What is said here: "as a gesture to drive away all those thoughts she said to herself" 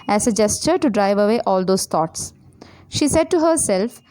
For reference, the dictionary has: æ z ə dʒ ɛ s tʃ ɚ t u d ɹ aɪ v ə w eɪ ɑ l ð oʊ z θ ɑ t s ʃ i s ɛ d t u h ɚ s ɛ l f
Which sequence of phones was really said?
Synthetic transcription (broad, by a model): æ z ə dʒ ɛ s tʃ ɚ t u d ɹ aɪ v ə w eɪ ɑ l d oʊ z t ɑ t s ʃ i s ɛ d t u h ɚ s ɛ l f